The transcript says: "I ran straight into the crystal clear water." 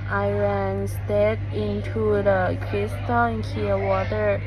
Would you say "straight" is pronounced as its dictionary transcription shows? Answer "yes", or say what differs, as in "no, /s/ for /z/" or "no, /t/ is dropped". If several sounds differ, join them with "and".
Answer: no, /ɹ/ is dropped